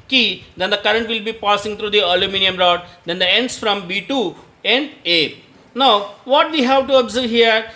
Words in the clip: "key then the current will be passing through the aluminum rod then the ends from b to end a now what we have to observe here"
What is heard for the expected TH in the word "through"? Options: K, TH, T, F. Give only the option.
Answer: T